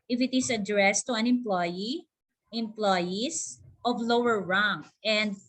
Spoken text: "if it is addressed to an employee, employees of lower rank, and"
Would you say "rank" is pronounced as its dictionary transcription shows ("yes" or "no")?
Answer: no